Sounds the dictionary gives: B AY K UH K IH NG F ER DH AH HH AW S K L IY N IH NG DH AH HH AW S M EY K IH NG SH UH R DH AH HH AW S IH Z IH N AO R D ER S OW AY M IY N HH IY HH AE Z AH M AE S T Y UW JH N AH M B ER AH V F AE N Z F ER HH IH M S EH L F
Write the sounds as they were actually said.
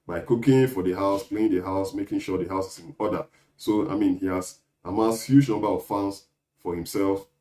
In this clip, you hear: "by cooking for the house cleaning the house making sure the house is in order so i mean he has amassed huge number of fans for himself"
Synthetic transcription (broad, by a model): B AY K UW K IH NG F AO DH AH HH AW S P L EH IH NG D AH HH AW S M EY K IH NG SH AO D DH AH HH AW S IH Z IH N AO D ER S OW AY M IY N HH IY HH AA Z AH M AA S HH Y UW JH N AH M B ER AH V F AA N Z F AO HH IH M S EH L F